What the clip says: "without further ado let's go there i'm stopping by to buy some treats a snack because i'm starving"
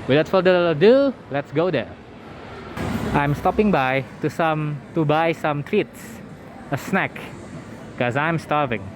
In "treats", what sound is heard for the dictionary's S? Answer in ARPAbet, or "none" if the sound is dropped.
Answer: S